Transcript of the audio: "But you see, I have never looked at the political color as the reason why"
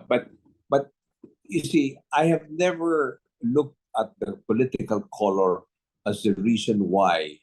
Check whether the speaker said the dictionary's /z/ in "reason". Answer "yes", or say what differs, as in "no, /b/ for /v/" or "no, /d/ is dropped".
no, /s/ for /z/